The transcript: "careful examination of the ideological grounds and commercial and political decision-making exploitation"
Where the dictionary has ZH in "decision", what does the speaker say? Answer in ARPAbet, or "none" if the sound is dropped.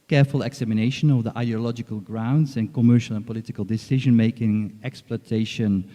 ZH